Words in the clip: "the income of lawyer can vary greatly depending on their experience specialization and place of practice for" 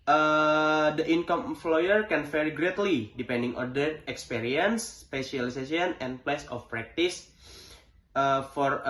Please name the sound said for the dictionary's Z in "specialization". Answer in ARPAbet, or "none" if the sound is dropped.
S